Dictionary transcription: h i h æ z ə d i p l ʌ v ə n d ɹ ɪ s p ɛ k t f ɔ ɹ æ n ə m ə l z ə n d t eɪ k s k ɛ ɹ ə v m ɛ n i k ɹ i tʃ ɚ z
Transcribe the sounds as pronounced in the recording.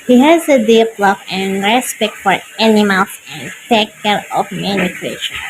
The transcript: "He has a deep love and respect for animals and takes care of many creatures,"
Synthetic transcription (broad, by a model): h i h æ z ə d i p l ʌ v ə n ɹ ɪ s p ɛ k t f ɔ ɹ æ n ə m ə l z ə n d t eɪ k k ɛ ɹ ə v m ɛ n i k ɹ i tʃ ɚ